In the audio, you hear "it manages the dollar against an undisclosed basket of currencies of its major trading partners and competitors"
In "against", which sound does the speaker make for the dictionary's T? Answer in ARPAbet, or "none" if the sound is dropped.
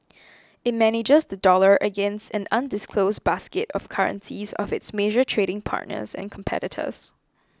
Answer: T